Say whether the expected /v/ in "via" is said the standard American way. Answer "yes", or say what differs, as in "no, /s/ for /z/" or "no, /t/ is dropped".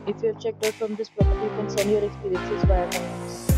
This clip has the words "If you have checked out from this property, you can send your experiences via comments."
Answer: no, /b/ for /v/